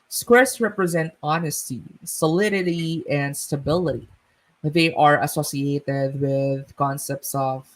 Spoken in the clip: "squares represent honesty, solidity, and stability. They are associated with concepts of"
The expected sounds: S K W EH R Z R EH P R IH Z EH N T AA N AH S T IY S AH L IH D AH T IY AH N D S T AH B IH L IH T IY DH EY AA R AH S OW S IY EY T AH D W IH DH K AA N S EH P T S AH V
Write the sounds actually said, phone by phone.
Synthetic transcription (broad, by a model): S K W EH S R EH P R IH Z EH N T AA N AH S T IY S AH L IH D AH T IY AH N D S T AH B IH L IH T IY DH EY AA R AH S OW S IY EY T AH D W IH DH K AA N S EH P T S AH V